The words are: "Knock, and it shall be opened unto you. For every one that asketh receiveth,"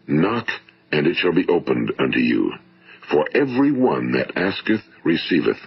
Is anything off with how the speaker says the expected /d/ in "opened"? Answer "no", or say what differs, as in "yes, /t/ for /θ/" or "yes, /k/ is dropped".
no